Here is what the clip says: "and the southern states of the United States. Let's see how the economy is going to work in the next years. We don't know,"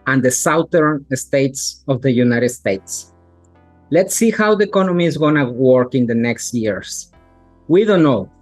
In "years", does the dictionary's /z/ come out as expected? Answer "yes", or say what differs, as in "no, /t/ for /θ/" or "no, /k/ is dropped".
no, /s/ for /z/